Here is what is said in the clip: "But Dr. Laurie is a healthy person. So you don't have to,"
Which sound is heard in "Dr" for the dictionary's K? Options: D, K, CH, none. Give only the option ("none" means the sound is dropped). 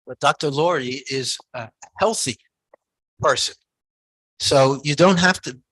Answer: K